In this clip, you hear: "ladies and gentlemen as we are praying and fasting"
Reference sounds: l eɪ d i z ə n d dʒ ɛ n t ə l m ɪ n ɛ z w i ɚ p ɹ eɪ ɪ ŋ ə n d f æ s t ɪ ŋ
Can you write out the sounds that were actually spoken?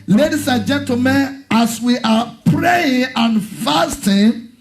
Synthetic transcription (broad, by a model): l eɪ d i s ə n dʒ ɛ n t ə m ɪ n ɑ s w i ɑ p ɹ eɪ ɪ ŋ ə n f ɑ s t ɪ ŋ